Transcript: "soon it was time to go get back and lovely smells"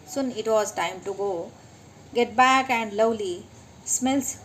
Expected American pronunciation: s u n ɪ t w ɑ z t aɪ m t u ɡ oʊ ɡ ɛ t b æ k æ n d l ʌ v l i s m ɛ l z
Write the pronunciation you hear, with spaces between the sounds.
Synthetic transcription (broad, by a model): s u n ɪ t w ɑ z t aɪ m t u ɡ oʊ ɡ ɛ t b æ k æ n d l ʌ w l i s m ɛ l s